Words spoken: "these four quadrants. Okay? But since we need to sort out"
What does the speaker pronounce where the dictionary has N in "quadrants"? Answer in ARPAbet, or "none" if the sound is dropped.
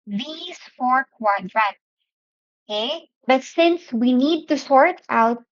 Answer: none